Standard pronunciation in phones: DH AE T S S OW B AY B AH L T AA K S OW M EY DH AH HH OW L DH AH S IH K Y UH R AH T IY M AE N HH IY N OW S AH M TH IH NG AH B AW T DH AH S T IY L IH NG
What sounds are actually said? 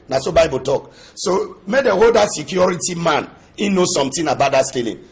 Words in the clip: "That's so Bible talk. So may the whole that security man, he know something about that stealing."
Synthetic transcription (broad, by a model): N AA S S OW B AY B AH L T AA K S OW M EY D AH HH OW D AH S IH K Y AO R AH T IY M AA N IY N OW S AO M T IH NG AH B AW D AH S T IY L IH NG